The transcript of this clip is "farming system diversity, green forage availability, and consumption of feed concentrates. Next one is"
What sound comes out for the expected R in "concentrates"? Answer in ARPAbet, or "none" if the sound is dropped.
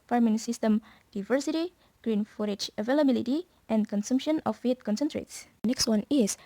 R